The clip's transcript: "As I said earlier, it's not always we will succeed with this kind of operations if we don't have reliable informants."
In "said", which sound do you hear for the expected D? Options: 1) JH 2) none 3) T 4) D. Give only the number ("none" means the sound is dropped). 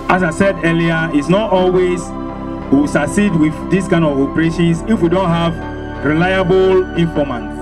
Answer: 4